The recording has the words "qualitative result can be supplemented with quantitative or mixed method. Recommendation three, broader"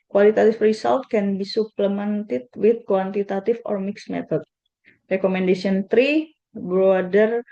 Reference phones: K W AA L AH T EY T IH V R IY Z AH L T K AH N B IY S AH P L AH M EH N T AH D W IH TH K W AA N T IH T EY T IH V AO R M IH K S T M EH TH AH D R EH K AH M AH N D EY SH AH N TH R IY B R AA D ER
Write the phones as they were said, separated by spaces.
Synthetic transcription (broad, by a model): K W AA L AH T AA T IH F R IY S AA L T K AH N B IY S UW P L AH M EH N T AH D W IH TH K W AA N T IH T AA T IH F AO R M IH K S M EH T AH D R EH K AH M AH N D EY S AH N T R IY B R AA D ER